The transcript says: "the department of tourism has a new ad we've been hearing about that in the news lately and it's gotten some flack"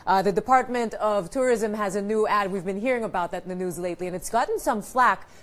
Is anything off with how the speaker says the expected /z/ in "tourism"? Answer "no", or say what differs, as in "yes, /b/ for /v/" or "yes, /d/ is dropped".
no